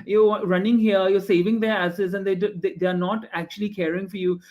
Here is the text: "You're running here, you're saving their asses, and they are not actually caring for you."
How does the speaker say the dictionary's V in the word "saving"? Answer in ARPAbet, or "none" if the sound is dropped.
V